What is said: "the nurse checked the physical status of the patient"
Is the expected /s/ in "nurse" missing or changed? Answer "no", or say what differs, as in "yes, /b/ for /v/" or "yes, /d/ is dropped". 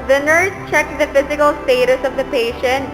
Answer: yes, /s/ is dropped